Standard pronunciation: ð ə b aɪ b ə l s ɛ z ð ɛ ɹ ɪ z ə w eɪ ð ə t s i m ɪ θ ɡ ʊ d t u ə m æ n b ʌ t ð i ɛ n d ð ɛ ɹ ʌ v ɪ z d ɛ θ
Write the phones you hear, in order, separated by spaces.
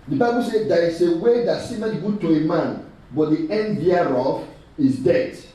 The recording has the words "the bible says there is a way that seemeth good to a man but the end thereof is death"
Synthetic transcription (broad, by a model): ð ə b aɪ b ə l s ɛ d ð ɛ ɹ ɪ s ə w eɪ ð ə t s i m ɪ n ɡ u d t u ə m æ n b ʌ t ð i ɛ n d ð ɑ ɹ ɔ f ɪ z d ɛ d